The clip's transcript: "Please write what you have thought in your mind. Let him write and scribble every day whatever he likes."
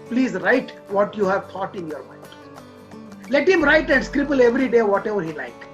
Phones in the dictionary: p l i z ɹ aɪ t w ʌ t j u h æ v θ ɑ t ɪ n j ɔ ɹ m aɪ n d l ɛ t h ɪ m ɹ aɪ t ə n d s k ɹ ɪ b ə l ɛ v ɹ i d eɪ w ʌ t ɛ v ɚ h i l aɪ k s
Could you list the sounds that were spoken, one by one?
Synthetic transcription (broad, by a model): p l i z ɹ aɪ t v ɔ t j u h æ v t ɑ t ɪ n j ɔ ɹ m aɪ n d l ɛ t h ɪ m ɹ aɪ t ə n d s k ɹ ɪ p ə l ɛ v ɹ i d eɪ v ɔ t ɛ v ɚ h i l aɪ k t